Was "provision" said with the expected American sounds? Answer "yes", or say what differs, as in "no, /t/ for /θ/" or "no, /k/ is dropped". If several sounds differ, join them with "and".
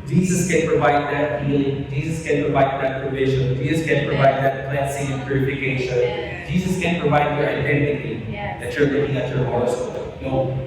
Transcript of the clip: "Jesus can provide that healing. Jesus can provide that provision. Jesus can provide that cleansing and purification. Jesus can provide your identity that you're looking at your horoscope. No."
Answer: yes